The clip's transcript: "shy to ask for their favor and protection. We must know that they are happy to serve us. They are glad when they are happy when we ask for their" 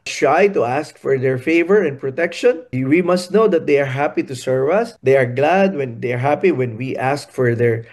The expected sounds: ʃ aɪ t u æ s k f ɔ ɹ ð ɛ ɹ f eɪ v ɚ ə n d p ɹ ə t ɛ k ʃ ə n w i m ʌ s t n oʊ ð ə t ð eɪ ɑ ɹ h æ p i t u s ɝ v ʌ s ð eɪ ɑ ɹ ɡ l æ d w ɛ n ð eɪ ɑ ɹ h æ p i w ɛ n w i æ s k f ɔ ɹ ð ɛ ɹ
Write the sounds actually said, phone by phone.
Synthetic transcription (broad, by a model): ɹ aɪ t u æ s k f ɔ ɹ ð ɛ ɹ f eɪ v ɚ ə n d p ɹ ə t ɛ k ʃ ə n w i m ʌ s t n oʊ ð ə t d eɪ ɑ ɹ h æ p i t u s ɝ v ʌ s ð eɪ ɑ ɹ ɡ l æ d w ɛ n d eɪ ɑ ɹ h æ p i w ɛ n w i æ s k f ɔ ɹ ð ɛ ɹ